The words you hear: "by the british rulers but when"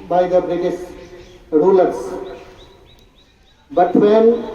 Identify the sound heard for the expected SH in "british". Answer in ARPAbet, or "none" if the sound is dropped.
S